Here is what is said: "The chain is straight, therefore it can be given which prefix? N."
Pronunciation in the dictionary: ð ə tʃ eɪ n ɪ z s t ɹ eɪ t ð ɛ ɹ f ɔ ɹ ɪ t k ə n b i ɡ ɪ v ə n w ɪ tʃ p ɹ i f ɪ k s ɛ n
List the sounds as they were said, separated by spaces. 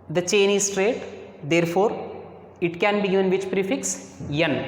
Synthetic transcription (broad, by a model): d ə tʃ eɪ n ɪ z s t ɹ eɪ t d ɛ ɹ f ɔ ɹ ɪ t k ə n b i ɡ ɪ v ə n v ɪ tʃ p ɹ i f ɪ k s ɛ n